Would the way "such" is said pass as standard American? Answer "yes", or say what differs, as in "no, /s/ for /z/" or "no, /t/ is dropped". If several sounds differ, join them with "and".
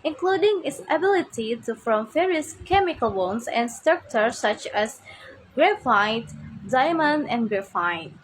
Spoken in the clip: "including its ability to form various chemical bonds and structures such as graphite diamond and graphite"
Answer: yes